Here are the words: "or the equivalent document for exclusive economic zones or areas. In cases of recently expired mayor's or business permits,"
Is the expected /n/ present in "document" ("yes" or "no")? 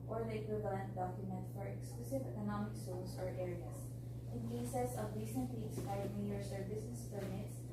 yes